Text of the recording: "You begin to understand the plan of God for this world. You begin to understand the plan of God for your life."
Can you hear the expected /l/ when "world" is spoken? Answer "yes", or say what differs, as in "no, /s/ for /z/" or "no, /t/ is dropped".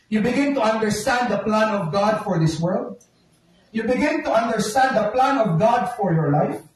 yes